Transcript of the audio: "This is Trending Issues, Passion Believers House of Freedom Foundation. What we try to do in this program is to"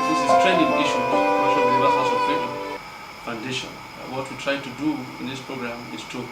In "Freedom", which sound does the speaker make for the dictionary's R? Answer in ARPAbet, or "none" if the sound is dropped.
none